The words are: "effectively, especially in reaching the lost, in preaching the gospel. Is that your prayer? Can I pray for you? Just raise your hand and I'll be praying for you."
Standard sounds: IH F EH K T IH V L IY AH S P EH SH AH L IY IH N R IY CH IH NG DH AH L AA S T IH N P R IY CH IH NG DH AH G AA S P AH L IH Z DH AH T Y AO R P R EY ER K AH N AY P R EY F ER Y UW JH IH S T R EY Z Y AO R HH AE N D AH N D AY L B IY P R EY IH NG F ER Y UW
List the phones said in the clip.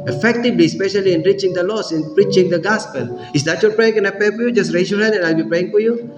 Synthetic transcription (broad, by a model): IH F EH K T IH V L IY S P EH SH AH L IY IH N R IY CH IH NG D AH L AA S IH N P R IY CH IH NG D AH G AA S P AH L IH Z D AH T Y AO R P R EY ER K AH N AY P EY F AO Y UW JH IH S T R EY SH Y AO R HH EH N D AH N AY L B IY P R EY IH NG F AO Y UW